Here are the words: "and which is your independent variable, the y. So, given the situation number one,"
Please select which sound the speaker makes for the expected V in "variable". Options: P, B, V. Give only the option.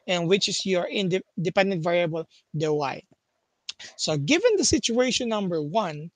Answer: V